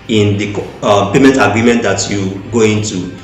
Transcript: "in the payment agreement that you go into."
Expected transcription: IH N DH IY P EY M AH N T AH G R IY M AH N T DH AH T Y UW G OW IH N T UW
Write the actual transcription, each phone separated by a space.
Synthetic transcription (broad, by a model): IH N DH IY P EY M AH N T AH G R IY M AH N T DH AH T Y UW G OW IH N T UW